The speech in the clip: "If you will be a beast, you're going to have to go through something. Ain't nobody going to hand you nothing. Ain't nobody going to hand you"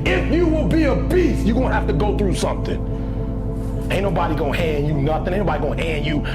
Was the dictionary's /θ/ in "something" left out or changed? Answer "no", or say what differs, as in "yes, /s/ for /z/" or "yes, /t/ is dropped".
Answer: no